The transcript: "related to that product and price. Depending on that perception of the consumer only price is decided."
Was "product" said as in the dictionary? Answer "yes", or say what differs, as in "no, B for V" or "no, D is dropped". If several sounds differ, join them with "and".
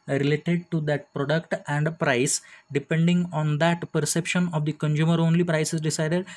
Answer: yes